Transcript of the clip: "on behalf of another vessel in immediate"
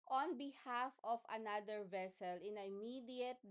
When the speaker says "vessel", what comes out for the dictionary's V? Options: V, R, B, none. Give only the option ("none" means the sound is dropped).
V